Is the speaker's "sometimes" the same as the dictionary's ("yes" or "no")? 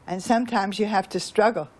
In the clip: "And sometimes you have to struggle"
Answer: yes